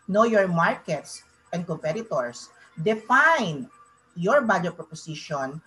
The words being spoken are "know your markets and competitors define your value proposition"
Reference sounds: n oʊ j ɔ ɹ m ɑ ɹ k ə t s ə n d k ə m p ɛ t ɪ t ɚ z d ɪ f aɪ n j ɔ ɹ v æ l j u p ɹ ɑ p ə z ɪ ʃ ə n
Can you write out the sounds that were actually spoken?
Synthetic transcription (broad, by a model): n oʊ j ɔ ɹ m ɑ ɹ k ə t s ə n d k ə m p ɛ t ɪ t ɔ s d ɪ f aɪ n j ɔ ɹ b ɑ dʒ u p ɹ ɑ p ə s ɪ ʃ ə n